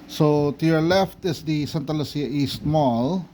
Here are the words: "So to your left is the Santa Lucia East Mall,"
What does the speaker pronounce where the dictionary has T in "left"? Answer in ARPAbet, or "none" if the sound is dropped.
T